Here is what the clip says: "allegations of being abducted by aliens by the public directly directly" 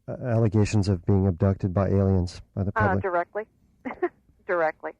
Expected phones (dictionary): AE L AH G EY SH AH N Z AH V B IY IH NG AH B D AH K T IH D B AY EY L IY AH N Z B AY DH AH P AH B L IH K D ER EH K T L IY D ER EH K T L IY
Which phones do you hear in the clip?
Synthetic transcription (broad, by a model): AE L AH G EY SH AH N Z AH V B IY IH NG AH B D AH K T IH D B AY EY L IY AH N Z B AY DH AH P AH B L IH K D ER EH K T L IY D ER EH K T L IY